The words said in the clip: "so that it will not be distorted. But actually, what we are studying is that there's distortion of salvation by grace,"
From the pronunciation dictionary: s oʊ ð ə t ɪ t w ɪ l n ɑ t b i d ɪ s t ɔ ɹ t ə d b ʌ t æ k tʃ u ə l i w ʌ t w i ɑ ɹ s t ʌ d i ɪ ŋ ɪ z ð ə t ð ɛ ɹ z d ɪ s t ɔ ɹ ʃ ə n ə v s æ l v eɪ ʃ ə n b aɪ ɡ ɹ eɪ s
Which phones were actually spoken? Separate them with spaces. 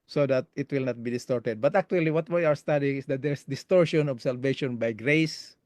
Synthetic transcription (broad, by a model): s oʊ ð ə t ɪ t w ɪ l n ɑ t b i d ɪ s t ɔ ɹ t ə d b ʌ t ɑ k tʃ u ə l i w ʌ t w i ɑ w s t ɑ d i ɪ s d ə t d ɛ ɹ s d ɪ s t ɔ ɹ ʃ ə n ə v s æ l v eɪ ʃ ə n b aɪ ɡ ɹ eɪ s